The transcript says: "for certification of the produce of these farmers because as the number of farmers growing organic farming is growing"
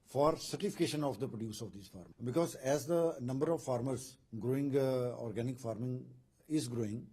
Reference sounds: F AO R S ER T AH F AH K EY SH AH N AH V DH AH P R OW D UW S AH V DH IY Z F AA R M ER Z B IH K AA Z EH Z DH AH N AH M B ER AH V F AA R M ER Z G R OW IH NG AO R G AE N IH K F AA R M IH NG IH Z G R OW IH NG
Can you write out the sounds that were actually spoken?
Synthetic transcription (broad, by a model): F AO R S ER T AH F AH K EY SH AH N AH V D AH P R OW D UW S AH V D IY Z F AA R M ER B IH K AA Z EH Z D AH N AH M B ER AH V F AA R M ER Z G R OW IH NG AO R G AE N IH K F AA R M IH NG IH Z G R OW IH NG